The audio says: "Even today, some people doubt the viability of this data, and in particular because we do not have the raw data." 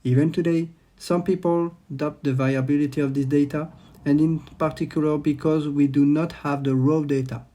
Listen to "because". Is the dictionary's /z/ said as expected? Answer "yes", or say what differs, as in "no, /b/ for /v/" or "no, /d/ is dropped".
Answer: yes